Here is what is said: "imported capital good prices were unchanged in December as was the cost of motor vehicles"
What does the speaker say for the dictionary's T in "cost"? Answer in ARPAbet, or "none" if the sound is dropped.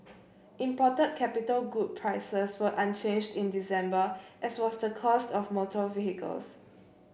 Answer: T